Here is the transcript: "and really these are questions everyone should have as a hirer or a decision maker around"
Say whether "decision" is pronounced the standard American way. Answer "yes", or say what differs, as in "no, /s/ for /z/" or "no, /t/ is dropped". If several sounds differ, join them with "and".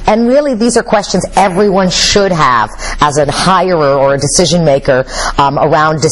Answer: yes